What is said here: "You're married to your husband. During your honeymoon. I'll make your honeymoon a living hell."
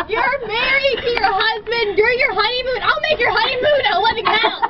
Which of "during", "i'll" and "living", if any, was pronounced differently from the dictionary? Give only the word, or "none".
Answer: living